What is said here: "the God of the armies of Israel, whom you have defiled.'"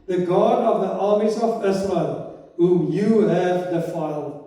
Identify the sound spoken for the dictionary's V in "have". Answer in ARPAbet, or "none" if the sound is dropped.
V